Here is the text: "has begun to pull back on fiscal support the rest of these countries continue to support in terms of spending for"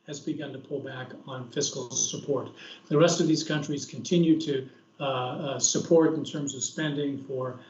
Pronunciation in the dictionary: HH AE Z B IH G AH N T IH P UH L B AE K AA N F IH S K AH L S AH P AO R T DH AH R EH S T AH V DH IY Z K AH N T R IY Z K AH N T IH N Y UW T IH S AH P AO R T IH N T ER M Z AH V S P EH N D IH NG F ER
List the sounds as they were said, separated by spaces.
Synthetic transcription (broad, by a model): HH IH Z B IH G AH N T IH P UH L B AE K N F IH S K L S AH P AO R T DH AH R EH S T AH V DH IY Z K AH N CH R IY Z K N T IH N Y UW T IH S AH P AO R T N T ER M Z AH V S P EH N D IH NG F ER